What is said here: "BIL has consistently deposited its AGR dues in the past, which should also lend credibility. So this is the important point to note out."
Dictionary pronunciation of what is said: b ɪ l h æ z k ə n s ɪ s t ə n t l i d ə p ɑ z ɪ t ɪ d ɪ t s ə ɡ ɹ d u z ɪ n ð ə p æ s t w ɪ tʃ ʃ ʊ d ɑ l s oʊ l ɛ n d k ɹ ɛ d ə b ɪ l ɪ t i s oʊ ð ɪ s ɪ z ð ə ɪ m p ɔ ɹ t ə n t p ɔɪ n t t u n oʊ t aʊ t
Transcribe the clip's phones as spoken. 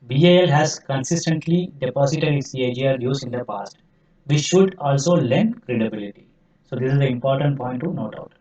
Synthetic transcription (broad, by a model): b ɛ l h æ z k ə n s ɪ s t ə n t l i d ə p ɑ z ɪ t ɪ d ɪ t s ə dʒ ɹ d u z ɪ n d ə p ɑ s t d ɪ s ʃ ʊ d ɑ l s oʊ l ɛ n d k ɹ ɛ d ə b ɪ l ɪ t i s oʊ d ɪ s ɪ z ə ɪ m p ɔ ɹ t ə n t p ɔɪ n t t u n oʊ t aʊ t